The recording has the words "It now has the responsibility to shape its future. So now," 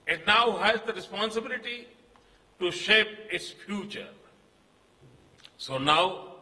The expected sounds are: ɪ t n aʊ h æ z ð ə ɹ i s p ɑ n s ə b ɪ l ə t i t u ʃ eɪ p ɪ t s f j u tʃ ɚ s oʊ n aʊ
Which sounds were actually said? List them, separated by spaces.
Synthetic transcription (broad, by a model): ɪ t n aʊ h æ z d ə ɹ i s p ɑ n s ə b ɪ l ə t i t u ʃ eɪ p ɪ t s f j u tʃ ɚ s oʊ n aʊ